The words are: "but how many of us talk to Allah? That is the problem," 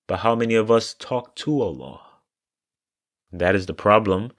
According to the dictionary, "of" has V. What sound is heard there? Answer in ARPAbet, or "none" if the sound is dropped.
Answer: V